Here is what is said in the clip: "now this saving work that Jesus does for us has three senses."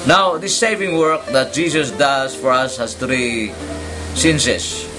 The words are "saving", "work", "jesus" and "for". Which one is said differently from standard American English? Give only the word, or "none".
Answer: jesus